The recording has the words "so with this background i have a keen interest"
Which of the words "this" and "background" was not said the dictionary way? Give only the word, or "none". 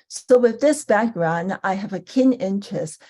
none